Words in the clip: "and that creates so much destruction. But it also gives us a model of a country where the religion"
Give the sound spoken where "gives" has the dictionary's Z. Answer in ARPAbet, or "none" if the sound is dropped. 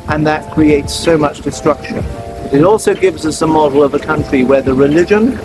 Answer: Z